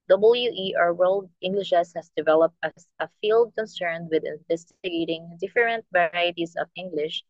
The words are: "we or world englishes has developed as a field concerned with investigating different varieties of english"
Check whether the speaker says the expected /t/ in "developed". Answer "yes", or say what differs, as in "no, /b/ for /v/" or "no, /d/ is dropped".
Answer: yes